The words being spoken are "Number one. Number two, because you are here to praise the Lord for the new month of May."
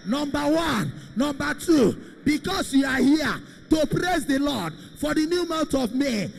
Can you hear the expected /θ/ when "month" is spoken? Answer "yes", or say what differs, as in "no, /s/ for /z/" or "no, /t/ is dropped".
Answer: no, /t/ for /θ/